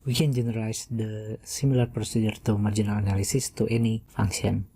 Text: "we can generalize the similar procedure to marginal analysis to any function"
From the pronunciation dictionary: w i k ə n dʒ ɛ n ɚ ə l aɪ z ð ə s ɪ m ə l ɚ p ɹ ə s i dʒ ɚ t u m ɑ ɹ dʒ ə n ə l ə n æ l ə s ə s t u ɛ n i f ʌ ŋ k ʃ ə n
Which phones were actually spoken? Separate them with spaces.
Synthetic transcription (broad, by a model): w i k ə n dʒ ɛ n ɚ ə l aɪ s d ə s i m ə l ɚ p ɹ ə s i dʒ ɚ t u m ɑ ɹ dʒ ə n ə l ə n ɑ l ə s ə s t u ɛ n i f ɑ ŋ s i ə n